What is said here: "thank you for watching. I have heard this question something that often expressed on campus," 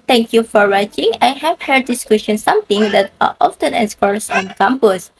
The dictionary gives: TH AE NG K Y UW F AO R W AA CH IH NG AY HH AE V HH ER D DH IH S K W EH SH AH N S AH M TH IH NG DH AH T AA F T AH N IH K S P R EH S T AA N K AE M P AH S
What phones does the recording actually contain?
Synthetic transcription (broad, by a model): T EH NG K Y UW F AO R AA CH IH NG AY HH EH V HH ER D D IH S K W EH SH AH N S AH M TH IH NG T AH T AA F T AH N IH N S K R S AA N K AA M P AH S